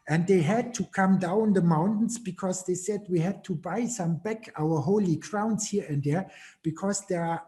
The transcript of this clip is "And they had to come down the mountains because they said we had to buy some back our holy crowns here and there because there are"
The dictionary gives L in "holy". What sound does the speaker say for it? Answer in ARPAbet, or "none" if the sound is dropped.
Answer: L